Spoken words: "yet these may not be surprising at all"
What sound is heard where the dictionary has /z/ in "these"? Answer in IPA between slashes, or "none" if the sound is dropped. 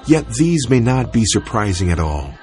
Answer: /z/